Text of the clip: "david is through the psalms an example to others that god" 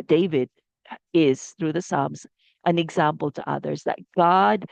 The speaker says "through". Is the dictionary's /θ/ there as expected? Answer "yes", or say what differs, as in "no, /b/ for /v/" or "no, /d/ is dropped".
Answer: yes